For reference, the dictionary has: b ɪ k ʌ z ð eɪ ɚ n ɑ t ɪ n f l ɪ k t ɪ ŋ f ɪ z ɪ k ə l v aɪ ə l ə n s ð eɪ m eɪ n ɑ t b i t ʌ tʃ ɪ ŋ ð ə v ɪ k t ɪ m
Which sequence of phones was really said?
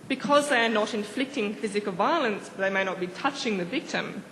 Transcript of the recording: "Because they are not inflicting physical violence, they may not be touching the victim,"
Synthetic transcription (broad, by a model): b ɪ k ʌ z ð eɪ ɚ n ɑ t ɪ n f l ɪ k t ɪ ŋ f ɪ z ɪ k ə l v aɪ ə l ə n s ð eɪ m eɪ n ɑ t b i t ʌ tʃ ɪ ŋ ð ə v ɪ k t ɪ m